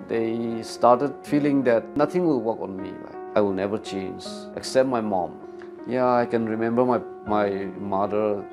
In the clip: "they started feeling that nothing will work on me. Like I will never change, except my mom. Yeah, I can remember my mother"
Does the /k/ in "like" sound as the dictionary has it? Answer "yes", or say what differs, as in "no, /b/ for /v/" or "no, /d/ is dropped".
no, /k/ is dropped